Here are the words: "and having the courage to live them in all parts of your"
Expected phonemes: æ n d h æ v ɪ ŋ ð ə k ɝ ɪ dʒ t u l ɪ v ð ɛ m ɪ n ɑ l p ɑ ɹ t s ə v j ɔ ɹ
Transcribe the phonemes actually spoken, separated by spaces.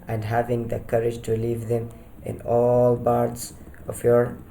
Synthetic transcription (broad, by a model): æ n d h æ v ɪ ŋ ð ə k ɝ ɪ dʒ t u l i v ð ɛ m ɪ n ɑ l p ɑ ɹ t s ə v j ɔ ɹ